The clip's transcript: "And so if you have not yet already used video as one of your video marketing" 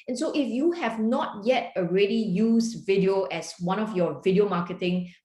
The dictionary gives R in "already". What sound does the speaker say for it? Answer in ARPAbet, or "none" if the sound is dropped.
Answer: R